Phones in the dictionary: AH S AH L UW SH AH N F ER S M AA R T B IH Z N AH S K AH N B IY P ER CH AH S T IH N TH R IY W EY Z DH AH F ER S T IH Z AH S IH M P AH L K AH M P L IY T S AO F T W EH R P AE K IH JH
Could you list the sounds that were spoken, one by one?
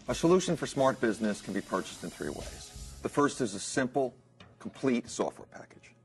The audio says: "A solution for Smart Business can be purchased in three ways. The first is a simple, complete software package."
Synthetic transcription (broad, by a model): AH S AH L UW SH AH N F ER S M AA R T B IH Z N AH S K N B IY P ER CH AH S T IH N TH R IY W EY Z DH AH F ER S T IH Z AH S IH M P L K M P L IY T S AO F T W EH R P AE K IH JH